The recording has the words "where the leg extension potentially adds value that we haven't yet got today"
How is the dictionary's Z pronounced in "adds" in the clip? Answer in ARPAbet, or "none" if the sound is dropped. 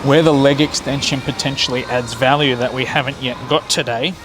Z